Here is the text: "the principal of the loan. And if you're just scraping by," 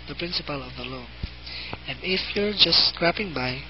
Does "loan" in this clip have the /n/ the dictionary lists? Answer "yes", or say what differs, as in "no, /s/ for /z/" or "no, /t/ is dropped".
no, /n/ is dropped